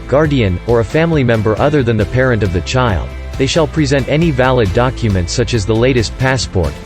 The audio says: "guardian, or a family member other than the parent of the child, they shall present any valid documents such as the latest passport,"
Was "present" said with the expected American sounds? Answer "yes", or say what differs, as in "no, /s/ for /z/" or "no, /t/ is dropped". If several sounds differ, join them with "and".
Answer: yes